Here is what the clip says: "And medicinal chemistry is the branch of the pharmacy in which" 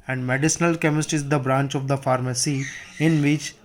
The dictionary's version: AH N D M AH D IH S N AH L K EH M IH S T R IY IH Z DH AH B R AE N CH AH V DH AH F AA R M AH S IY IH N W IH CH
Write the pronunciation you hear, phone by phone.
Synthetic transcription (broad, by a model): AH N D M AH D IH S N AH L K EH M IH S T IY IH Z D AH B R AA N CH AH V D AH F AA R M AH S IY IH N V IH CH